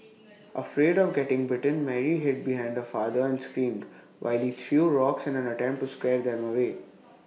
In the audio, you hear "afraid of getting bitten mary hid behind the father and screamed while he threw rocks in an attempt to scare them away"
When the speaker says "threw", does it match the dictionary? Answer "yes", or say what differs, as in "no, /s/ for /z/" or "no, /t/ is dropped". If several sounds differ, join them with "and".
no, /t/ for /θ/